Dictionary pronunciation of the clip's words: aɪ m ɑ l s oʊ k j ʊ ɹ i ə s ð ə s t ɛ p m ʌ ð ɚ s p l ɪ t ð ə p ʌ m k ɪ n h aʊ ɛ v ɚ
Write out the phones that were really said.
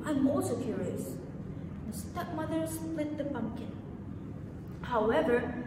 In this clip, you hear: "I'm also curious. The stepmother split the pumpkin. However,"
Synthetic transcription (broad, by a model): aɪ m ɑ s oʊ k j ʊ ɹ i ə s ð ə s t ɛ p m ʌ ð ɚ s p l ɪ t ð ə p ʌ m k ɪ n h aʊ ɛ v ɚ